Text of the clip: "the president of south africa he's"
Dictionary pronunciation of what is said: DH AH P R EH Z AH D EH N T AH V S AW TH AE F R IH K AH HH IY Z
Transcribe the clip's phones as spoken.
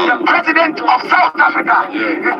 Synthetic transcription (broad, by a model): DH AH P R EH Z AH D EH N T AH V S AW T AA F R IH K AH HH